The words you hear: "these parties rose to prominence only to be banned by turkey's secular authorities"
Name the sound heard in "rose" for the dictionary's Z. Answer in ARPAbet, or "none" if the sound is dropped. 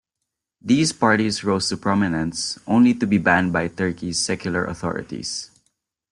S